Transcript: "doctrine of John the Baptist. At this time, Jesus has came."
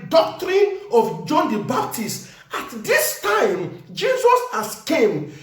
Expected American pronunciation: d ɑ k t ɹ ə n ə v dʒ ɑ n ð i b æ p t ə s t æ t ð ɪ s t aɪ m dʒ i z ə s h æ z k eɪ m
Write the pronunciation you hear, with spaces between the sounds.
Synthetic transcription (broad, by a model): d ɑ k t ɹ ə n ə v dʒ ɑ n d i b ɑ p t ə s t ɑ t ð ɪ s t aɪ m dʒ i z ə s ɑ s k eɪ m